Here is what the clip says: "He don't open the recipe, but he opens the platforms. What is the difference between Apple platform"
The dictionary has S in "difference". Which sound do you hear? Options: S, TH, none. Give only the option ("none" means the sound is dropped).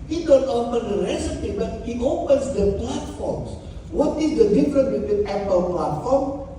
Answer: none